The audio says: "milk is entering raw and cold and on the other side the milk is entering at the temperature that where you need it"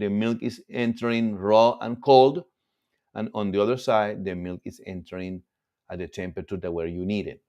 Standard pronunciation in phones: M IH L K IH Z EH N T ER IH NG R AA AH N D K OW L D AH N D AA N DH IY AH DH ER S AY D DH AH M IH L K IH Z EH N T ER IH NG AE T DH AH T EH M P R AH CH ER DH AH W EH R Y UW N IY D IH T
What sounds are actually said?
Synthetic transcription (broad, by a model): M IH L K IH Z EH N T ER IH NG R AA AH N K OW L D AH N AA N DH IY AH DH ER S AY D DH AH M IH L K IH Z EH N T ER IH NG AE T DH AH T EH M P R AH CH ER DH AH W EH R Y UW N IY D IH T